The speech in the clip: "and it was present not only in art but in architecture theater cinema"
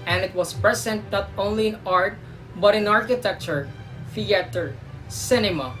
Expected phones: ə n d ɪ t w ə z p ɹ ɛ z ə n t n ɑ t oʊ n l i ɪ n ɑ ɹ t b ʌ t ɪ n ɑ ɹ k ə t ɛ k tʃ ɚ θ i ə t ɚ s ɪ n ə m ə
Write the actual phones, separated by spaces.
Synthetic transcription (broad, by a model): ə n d ɪ t w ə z p ɹ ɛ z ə n t n ɑ t oʊ n l i ɪ n ɑ ɹ t b ʌ t ɪ n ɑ ɹ k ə t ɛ k tʃ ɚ f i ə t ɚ s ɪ n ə m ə